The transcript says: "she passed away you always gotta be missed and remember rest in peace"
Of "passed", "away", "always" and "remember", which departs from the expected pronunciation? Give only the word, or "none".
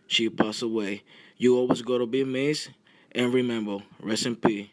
passed